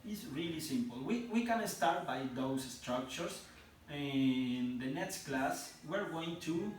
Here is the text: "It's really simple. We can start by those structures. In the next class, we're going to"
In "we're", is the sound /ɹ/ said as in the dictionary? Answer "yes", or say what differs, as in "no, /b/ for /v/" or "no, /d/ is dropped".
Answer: yes